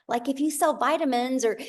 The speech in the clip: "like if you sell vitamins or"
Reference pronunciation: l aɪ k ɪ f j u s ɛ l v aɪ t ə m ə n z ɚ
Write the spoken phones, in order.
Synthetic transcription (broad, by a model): l aɪ k ɪ f j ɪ s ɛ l v aɪ t ə m ə n z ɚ